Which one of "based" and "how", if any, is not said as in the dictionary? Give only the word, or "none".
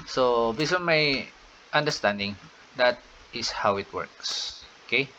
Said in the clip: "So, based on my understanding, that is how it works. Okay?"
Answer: based